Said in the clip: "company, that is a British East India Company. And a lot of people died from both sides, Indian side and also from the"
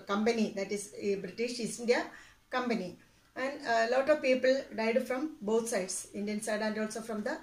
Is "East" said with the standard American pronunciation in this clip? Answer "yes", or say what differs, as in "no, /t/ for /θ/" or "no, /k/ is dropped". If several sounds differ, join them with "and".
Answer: no, /t/ is dropped